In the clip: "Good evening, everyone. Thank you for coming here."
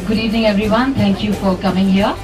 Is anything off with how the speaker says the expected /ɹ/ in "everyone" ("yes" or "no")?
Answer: no